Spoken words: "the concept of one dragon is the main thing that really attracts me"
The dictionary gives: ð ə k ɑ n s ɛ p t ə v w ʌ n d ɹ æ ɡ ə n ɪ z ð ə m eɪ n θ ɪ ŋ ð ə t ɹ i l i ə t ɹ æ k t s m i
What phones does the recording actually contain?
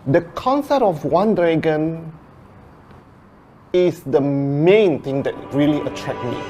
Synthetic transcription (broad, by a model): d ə k ɑ n s ɛ p t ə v w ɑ n d ɹ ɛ ɡ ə n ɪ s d ə m eɪ n t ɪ ŋ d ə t ɹ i l i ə t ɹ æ k m i